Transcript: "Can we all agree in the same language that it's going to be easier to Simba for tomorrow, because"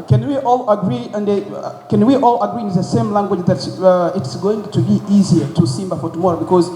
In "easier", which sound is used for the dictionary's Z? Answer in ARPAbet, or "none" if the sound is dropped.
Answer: Z